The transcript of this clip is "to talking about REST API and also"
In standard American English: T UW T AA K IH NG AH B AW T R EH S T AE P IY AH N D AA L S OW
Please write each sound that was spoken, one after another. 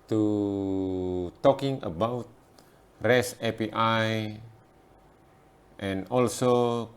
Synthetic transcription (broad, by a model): T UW T AA K IH NG AH B AW T R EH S EH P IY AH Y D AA L S OW